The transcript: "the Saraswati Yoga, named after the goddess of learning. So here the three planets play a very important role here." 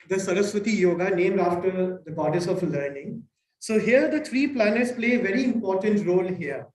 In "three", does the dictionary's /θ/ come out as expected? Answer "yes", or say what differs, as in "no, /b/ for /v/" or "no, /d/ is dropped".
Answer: no, /t/ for /θ/